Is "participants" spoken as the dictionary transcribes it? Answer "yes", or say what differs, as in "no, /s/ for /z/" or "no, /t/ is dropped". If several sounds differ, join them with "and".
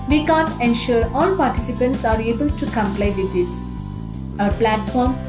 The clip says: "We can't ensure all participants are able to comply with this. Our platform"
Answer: yes